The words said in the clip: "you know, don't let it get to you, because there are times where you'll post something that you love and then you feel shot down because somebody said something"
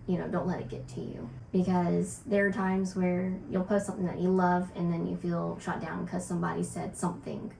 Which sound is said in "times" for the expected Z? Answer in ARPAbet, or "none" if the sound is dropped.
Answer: Z